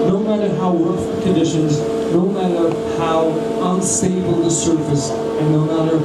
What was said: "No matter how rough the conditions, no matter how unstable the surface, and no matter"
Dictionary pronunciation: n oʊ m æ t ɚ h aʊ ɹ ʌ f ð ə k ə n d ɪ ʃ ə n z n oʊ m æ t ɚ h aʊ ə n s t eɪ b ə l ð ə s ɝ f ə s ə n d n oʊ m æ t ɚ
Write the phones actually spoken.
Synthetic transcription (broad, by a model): n oʊ m æ t ɚ h aʊ w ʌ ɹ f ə k ə n d ɪ ʃ ə n z n oʊ m æ t ɚ h aʊ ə n s eɪ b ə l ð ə s ɝ f ə s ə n n oʊ m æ t ɚ